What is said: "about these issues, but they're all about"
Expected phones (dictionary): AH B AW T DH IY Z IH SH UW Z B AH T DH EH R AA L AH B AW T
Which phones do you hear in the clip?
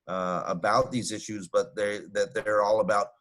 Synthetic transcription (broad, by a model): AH B AW T DH IY Z IH SH UW Z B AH T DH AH R AA L AH B AW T